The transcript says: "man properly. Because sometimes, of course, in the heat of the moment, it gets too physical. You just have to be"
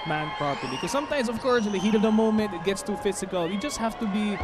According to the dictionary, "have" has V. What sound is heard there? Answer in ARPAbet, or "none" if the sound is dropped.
F